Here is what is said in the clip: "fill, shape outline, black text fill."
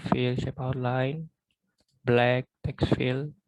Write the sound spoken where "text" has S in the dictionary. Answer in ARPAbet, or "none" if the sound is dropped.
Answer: S